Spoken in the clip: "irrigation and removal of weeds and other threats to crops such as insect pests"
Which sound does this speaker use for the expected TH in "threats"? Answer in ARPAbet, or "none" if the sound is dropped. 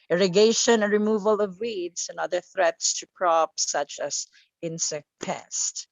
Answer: TH